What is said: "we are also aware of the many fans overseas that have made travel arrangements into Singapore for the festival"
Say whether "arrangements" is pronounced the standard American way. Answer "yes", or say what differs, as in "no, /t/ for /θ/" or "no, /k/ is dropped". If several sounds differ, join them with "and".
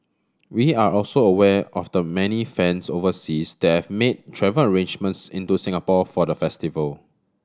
yes